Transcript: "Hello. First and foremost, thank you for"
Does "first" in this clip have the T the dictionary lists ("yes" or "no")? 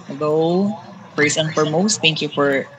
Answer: no